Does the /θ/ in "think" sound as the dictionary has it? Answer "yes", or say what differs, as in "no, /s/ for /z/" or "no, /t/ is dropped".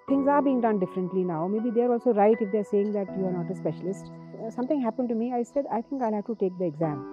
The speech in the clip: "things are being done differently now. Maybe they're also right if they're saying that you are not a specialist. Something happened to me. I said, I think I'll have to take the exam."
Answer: no, /t/ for /θ/